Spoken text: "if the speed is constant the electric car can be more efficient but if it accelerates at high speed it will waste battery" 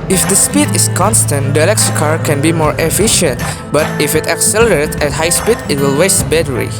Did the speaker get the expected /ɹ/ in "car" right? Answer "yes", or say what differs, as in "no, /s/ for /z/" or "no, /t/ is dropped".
yes